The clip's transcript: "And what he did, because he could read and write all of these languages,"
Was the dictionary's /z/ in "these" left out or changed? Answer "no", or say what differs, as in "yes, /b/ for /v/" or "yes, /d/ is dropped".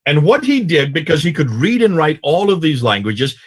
no